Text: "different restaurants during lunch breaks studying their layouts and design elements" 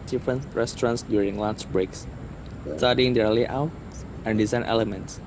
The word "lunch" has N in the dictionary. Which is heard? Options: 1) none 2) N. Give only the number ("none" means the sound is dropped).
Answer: 1